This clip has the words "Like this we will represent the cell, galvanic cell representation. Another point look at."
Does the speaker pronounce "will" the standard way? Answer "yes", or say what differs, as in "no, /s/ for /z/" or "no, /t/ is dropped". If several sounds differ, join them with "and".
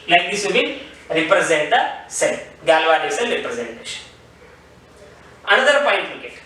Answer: no, /n/ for /l/